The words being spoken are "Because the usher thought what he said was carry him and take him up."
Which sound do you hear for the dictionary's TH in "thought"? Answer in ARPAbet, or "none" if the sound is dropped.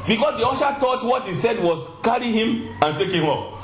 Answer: T